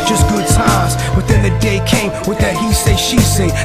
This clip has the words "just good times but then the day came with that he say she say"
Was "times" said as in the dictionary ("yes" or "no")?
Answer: no